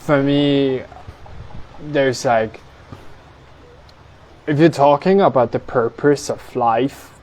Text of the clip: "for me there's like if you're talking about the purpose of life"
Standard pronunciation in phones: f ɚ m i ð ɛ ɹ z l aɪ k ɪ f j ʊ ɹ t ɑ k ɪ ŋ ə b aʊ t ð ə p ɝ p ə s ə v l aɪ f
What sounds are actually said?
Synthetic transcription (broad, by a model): f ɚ m i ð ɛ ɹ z l aɪ k ɪ f j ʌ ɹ t ɑ k ɪ ŋ ə b aʊ t ð ə p ɝ p ə s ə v l aɪ f